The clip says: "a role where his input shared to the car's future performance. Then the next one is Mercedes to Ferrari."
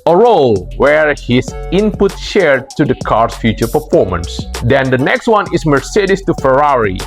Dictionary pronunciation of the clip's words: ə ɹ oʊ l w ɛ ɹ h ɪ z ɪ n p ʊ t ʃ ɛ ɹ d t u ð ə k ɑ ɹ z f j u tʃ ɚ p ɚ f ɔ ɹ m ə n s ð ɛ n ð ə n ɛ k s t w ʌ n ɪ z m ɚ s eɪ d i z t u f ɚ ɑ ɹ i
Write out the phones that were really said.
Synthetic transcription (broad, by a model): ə ɹ oʊ l w ɛ ɹ h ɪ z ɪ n p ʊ t ʃ ɛ ɹ d t u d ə k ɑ ɹ s f j u tʃ ɚ p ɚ f ɔ ɹ m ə n s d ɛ n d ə n ɛ k s t w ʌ n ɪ s m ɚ s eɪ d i s t u f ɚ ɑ ɹ i